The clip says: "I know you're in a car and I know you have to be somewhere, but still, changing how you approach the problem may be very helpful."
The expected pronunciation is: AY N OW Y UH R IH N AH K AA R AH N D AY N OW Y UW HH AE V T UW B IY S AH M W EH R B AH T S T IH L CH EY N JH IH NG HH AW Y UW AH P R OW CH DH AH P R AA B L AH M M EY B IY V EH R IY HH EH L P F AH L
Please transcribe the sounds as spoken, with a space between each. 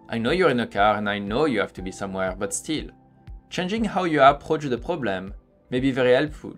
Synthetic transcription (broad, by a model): AY N OW Y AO R IH N AH K AA R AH N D AY N OW Y UW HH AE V T UW B IY S AH M W EH R B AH T S T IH L CH EY N JH IH NG HH AW Y UW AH P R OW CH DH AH P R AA B L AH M M EY B IY V EH R IY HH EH L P F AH L